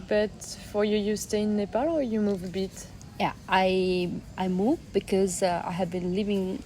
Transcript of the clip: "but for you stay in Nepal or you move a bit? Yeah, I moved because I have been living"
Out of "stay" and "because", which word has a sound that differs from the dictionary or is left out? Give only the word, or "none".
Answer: none